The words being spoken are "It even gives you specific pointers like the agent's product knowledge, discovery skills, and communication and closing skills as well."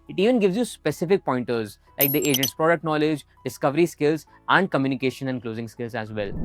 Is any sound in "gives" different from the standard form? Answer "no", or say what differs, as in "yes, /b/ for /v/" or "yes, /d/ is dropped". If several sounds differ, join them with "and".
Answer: no